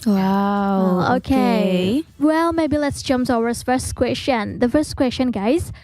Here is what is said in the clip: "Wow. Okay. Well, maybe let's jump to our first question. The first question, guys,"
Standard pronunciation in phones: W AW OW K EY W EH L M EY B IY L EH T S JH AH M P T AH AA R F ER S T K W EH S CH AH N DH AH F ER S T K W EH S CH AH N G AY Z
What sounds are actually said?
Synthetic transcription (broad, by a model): W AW OW K EY W EH L M EY B IY L EH T S JH AH M P S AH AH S F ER S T K W EH S CH AH N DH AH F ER S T K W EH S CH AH N G AY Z